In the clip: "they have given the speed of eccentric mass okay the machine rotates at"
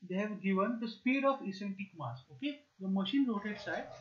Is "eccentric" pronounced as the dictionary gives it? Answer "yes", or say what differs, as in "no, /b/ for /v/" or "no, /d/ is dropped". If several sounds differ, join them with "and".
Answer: no, /k/ is dropped and /ɹ/ is dropped